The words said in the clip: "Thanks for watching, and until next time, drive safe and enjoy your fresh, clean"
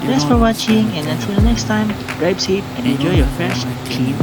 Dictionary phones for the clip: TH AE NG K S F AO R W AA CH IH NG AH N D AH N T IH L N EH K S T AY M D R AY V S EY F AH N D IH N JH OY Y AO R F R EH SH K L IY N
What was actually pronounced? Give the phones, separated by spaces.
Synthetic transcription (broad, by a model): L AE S F AO R W AA CH IH NG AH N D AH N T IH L N EH K S T AY M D R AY P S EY P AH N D IH N JH OY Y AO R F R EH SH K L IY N